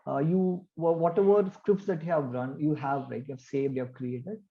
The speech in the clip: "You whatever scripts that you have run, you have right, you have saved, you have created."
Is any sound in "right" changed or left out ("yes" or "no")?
yes